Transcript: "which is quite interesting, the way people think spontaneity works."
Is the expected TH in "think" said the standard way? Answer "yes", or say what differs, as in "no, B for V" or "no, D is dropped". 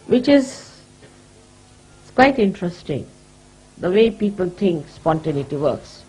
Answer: no, T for TH